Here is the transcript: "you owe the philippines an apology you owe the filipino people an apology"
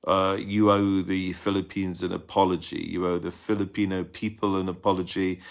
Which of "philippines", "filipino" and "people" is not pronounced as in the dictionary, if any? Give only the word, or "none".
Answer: none